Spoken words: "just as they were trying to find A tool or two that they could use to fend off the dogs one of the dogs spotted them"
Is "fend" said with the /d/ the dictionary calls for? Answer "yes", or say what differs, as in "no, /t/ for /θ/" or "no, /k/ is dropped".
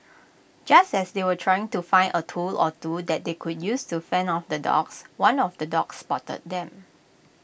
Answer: no, /d/ is dropped